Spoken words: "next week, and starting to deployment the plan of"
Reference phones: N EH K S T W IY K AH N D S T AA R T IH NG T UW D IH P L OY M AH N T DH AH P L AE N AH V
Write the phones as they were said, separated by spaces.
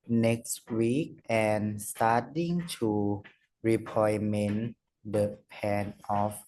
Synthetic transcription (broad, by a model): N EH K S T W IY K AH N S T AA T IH NG T UW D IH P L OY M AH N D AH P EH N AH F